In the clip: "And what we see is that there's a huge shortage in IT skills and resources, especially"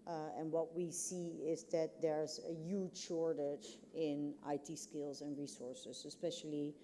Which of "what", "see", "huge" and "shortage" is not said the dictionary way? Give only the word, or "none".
none